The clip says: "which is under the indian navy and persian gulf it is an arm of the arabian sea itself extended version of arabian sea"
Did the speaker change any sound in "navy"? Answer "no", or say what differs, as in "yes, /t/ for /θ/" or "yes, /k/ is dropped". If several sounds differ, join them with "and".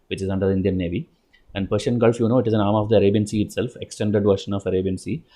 no